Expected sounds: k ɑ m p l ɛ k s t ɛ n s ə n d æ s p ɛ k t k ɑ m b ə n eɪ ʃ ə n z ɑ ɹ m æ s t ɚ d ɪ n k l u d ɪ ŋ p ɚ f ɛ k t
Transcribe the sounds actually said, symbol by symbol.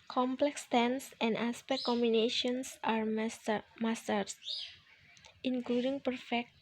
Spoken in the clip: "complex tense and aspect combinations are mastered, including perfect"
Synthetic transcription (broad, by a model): k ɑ m p l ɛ k s t ɛ n s ə n d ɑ s p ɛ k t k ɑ m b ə n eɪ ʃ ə n s ɑ ɹ m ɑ s t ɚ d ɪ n k l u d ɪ ŋ p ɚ f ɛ k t